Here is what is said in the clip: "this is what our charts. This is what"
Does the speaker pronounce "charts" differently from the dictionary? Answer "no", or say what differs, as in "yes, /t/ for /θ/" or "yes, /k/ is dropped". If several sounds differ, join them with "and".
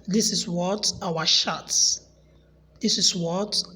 yes, /ʃ/ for /tʃ/